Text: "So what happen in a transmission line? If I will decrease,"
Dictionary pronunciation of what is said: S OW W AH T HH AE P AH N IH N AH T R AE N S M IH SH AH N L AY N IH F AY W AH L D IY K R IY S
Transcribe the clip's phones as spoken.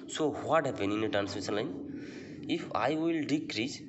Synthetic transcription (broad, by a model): S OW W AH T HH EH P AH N IH N AH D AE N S AO S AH L AY N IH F AY W AH L D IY K R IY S